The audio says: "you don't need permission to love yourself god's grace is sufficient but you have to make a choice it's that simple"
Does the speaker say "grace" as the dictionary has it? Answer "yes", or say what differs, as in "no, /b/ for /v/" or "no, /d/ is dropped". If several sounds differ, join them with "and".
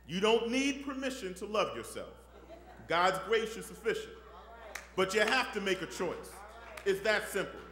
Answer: no, /ʃ/ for /s/